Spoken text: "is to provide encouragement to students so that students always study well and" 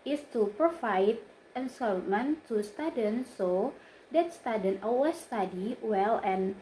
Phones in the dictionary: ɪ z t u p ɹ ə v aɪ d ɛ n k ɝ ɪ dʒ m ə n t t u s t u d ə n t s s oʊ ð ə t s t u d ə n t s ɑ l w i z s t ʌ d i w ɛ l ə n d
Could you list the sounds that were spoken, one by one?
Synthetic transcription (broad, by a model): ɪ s t u p ɹ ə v aɪ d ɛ n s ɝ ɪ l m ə n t t u s t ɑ d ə n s s oʊ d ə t s t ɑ d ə n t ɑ w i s t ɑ d i w ɛ l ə n